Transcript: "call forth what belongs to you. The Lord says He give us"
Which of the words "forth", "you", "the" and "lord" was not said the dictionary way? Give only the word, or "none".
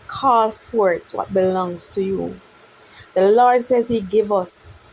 forth